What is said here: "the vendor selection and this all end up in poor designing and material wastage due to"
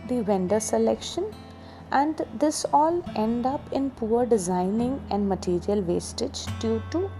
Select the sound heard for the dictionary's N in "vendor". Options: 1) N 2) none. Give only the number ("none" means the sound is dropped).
1